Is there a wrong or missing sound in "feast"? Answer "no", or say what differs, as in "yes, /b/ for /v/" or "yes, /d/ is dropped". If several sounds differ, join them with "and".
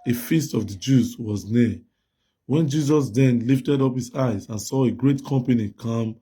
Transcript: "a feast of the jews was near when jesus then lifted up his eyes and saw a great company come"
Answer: no